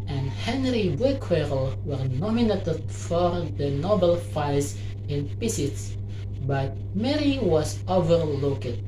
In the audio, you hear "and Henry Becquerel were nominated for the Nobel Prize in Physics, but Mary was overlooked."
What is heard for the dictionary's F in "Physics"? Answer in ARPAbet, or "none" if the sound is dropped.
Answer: P